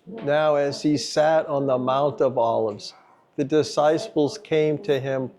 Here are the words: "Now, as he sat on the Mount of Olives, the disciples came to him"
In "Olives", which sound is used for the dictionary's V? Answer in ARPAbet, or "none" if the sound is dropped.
V